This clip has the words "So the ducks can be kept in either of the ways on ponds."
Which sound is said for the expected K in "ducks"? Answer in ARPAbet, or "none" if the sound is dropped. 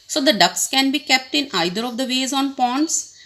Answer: K